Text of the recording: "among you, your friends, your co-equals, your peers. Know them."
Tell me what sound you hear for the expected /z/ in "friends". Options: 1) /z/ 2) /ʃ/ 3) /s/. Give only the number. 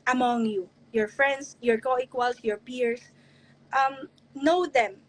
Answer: 3